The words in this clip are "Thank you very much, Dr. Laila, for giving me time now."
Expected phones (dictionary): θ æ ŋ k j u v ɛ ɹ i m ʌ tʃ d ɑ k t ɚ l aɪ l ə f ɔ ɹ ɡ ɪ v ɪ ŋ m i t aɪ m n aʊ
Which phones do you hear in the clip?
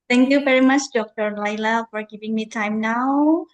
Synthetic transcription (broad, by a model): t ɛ ŋ k j u v ɛ ɹ i m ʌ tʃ d ɑ k t ɚ l aɪ l ə f ɔ ɹ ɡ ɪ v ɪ ŋ m i t aɪ m n aʊ